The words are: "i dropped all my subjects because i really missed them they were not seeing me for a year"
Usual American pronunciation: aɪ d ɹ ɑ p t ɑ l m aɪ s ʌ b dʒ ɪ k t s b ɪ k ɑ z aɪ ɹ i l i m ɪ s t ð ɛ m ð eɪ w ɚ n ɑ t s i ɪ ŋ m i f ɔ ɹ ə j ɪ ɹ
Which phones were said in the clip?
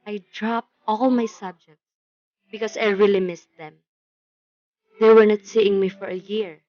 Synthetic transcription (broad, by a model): aɪ d ɹ ɑ p t ɑ l m aɪ s ʌ b dʒ ɪ k t s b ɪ k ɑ s aɪ ɹ i l i m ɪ s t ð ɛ m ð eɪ w ɚ n ɑ t s i ɪ ŋ m i f ɔ ɹ ə j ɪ ɹ